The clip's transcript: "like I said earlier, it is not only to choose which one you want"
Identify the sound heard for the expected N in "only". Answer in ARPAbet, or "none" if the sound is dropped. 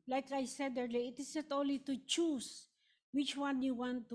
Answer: none